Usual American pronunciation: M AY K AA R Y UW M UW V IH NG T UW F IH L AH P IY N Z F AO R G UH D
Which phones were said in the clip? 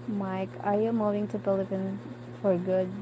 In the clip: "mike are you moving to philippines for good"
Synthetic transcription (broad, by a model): M AY K AA R Y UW M UW V IH NG T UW P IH L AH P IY N F AO R G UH D